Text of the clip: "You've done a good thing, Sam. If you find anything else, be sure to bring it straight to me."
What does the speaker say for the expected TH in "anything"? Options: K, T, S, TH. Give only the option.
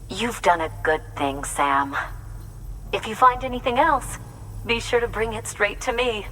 TH